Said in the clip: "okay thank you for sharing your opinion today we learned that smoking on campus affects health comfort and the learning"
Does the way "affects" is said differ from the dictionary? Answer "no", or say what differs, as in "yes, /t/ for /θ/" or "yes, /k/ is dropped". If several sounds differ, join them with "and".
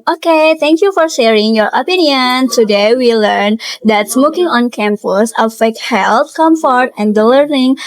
yes, /s/ is dropped